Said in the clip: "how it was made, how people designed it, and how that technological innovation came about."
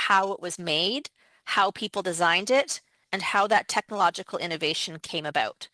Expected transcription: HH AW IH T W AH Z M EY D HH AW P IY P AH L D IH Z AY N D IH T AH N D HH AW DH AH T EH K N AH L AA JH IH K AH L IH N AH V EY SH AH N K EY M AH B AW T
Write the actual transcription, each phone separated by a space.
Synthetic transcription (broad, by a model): HH AW IH T W AH Z M EY D HH AW P IY P L D IH Z AY N D IH T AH N HH AW DH AH T EH K N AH L AA JH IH K L IH N AH V EY SH AH N K EY M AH B AW T